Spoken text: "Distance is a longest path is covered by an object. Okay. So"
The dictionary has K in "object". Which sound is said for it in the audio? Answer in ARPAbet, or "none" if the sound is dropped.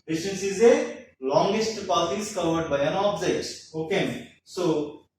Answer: none